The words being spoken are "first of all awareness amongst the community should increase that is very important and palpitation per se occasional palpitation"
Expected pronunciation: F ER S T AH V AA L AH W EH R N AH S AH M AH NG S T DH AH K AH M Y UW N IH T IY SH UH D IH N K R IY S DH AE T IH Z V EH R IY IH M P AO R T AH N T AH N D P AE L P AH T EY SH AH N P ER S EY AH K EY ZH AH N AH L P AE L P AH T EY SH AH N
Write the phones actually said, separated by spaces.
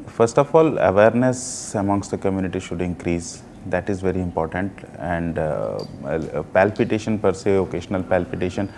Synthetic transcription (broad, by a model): F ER S T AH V AA L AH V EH R N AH S AH M AH NG S T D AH K AH M Y UW N IH T IY SH UH D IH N K R IY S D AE T IH Z V EH R IY IH M P AO R T AH N T AH N D P AE L P AH T EY SH AH N P ER S EY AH K EY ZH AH N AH L P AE L P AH T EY SH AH N